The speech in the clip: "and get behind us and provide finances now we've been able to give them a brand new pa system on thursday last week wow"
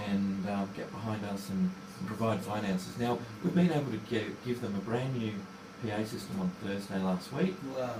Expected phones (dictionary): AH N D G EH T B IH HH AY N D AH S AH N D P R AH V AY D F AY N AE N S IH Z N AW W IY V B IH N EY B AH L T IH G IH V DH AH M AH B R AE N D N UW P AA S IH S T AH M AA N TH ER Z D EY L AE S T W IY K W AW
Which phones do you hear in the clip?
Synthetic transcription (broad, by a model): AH N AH G EH T B IH HH AY N D AH S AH N P R AH V AY D F AY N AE N S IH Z N AW W IY V B IH N EY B L T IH G IH V DH AH M AH B R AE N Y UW P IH S IH S T AH M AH N TH ER Z D EY L AE S T W IY K